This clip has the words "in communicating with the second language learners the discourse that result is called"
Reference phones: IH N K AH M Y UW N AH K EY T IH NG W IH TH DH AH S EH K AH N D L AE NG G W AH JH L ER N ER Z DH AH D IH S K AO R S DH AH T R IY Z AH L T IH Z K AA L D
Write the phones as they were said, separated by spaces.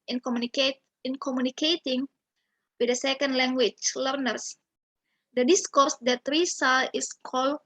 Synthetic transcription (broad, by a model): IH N K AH M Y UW N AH K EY T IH NG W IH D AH S EH K AH N D L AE NG G W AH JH L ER N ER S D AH D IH S K AO R S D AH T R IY S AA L IH S K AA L